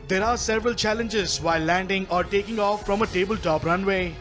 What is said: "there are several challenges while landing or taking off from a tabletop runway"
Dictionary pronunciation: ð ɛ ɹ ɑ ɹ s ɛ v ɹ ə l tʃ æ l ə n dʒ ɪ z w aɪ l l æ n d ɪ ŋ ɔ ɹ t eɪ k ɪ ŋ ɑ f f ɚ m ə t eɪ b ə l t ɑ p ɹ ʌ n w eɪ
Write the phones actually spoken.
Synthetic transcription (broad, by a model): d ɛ ɹ ɑ ɹ s ɛ v ɹ ə l tʃ æ l ə n dʒ ɪ z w aɪ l l æ n d ɪ ŋ ɔ ɹ t eɪ k ɪ ŋ ɑ f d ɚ m ə t eɪ b ə l t ɑ p ɹ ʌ n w eɪ